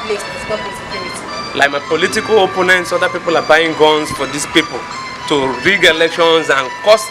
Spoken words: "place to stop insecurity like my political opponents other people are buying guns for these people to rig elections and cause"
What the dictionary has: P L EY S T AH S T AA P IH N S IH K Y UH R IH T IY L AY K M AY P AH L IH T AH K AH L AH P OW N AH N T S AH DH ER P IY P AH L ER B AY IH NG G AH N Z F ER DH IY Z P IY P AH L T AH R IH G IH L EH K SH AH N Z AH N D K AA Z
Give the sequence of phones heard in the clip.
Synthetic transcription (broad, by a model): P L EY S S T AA IH S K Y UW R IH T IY L AY K M AY P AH L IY T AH K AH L AH P OW N AH N T S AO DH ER P IY P AH L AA B AY IH NG G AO N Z F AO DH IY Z P IY P AH L T AH R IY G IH L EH K SH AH N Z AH N K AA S